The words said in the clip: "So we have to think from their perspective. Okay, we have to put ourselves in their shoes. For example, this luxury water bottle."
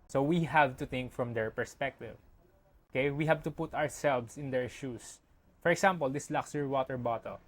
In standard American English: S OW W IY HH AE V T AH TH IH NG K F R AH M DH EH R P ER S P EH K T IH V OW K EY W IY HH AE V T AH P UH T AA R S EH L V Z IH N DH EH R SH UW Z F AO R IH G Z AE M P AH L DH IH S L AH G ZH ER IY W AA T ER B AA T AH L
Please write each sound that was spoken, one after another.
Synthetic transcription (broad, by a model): S OW W IY HH AE V T AH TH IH NG K F R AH M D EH R P ER S P EH K T IH V OW K EY W IY HH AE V T AH P UH T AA R S EH L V S IH N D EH R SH UW S F AO R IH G S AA M P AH L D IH S L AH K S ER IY W AA T ER B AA T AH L